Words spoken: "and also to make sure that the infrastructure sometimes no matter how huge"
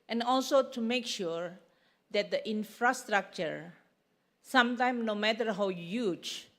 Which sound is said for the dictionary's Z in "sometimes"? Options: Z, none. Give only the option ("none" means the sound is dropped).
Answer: none